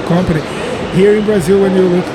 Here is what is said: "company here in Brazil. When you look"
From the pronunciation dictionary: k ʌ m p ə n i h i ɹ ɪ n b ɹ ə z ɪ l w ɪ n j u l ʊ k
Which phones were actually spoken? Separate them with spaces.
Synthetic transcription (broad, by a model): k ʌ m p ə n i h i ɹ ɪ n b ɹ ə z ɪ l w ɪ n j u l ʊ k